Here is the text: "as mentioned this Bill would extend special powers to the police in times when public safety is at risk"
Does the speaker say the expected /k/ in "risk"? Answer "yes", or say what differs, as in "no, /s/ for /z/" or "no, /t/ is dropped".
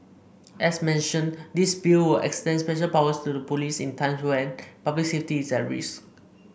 no, /k/ is dropped